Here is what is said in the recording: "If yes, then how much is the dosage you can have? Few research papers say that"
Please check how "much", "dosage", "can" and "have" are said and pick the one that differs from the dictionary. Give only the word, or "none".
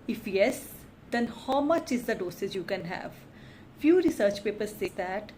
dosage